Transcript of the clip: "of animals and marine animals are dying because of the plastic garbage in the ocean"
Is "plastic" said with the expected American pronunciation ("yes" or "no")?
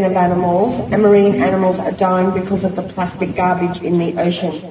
yes